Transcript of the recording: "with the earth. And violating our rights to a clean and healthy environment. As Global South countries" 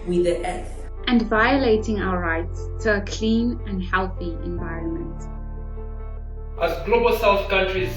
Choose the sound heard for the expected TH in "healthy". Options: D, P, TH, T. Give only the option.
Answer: TH